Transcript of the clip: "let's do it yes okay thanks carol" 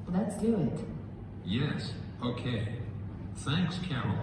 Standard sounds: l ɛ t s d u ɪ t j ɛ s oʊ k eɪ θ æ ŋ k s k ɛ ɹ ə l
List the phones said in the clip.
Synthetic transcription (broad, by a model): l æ t s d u ɪ t j ɛ s oʊ k eɪ θ æ ŋ k s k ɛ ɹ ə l